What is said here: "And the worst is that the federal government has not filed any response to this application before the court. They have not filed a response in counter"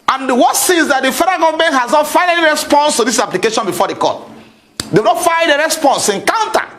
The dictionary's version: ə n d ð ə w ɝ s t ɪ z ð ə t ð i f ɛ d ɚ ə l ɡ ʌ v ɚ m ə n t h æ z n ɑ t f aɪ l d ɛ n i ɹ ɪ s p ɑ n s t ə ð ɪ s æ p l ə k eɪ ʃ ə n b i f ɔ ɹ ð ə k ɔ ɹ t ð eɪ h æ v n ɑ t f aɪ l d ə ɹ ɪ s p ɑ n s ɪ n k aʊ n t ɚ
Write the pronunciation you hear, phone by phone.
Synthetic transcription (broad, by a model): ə n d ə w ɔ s ɪ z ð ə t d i f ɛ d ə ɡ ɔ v m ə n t h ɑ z n ɑ t f aɪ n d ɛ n i ɹ ɪ s p ɑ n s t ə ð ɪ s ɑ p l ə k eɪ ʃ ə n b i f ɔ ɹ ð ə k ɔ t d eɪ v n ɑ t f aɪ d ə ɹ ɪ s p ɑ n s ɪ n k aʊ n t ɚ